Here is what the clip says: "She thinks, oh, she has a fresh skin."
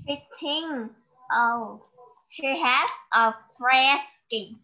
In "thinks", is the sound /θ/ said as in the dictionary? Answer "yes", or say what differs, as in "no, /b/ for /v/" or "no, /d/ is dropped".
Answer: no, /t/ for /θ/